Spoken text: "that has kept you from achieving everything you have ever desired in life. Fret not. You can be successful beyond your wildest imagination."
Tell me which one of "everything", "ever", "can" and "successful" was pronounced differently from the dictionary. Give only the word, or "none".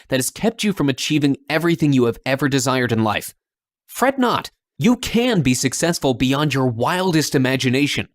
none